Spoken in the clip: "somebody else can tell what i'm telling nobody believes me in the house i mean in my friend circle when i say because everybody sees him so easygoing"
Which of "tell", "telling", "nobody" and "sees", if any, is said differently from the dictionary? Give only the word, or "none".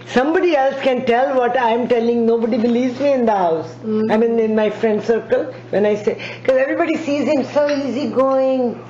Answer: none